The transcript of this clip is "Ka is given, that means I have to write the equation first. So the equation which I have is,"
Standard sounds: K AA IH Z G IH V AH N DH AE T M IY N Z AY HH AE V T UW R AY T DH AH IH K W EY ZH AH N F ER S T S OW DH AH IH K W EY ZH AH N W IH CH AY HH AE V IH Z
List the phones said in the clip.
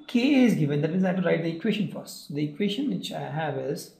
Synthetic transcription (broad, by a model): K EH IH Z G IH V AH N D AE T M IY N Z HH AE T UW R AY T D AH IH K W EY SH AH N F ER T S OW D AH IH K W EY SH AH N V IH CH AY HH AE V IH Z